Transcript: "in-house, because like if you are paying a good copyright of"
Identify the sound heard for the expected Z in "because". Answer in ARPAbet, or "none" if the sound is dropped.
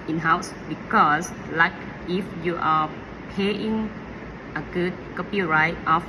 S